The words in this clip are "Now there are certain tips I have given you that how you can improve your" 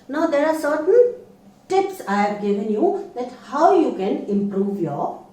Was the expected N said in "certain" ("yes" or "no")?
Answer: no